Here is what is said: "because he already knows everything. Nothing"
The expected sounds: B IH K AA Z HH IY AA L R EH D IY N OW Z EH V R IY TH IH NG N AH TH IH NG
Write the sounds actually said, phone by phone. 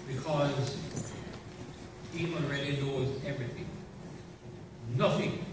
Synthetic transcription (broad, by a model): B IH K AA Z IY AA N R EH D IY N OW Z EH V R IY TH IH NG N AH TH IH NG